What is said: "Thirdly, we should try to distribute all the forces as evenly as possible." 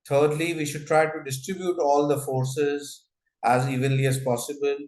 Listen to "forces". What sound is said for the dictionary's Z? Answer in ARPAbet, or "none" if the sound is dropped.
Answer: Z